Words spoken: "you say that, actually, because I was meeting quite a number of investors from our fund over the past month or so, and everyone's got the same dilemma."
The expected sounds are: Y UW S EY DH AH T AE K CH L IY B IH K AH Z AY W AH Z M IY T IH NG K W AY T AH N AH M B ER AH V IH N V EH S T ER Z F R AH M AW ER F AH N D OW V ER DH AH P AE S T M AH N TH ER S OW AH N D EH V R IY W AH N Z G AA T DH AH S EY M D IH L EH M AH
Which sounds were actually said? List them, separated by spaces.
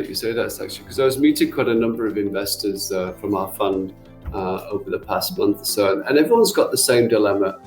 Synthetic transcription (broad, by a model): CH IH S EY DH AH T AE K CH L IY K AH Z AY W AH Z M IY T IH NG K W AY T AH N AH M B ER AH V IH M V EH S T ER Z F R AH M AW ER F AH N D OW V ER DH AH P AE S T M AH N TH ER S OW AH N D EH V R IY W AH N Z G AA T DH AH S EY M D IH L EH M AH